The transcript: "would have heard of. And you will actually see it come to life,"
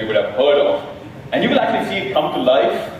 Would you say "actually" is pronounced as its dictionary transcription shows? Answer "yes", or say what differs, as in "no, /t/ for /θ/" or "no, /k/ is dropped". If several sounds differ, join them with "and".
yes